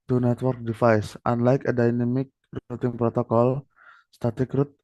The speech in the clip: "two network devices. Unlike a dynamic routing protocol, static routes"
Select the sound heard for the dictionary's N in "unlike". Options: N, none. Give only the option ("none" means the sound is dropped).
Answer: N